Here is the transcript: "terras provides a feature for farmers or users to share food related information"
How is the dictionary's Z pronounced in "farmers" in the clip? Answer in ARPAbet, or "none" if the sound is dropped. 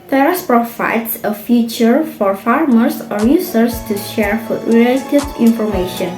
S